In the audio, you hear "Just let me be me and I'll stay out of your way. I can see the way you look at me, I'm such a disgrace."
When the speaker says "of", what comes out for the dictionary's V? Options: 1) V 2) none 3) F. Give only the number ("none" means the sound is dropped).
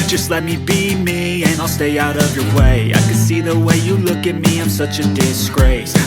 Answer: 1